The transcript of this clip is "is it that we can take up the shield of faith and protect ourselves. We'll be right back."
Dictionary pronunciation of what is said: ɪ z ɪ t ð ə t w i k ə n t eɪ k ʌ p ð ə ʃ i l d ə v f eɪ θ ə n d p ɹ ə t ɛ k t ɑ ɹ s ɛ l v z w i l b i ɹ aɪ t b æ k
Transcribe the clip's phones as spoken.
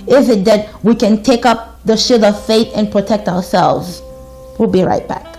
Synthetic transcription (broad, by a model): ɪ z ɪ t ð ə t w i k ə n t eɪ k ʌ p ð ə ʃ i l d ə v f eɪ θ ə n p ɹ ə t ɛ k t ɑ ɹ s ɛ l v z w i l b i ɹ aɪ t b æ k